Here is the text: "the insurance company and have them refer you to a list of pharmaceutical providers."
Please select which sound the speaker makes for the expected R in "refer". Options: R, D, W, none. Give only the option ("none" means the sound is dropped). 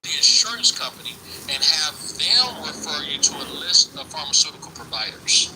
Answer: W